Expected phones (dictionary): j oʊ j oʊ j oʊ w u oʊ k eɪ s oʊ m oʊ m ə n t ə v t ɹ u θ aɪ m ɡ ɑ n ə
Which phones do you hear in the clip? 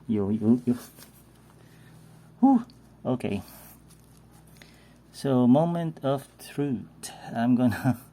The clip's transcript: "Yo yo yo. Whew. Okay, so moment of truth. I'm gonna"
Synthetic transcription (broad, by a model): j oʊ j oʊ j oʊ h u oʊ k eɪ s oʊ m oʊ m ə n t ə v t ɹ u t aɪ m ɡ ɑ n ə